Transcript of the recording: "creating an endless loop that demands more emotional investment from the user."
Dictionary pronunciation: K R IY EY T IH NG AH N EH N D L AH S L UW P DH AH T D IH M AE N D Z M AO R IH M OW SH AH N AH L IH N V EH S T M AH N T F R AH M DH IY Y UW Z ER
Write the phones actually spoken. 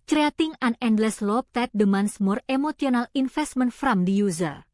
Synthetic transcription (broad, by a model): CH R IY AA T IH NG AH N EH N D L AH S L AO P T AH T D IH M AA N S M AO R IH M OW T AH N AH L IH N F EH S T M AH N F R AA M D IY Y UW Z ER